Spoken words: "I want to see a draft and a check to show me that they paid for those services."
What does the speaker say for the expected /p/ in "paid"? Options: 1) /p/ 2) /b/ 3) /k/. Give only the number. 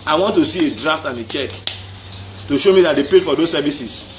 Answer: 1